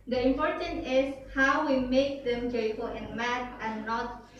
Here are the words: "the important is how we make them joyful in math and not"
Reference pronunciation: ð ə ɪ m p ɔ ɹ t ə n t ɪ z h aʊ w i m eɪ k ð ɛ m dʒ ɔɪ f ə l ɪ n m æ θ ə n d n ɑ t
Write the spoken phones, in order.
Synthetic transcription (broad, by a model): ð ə ɪ m p ɔ ɹ t ə n t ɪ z h aʊ w i m eɪ k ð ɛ m dʒ ɔɪ f ə l ɪ n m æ t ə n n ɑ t